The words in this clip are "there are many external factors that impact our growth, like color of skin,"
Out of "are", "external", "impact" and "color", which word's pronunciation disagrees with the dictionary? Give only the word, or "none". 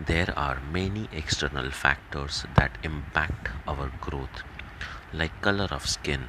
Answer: none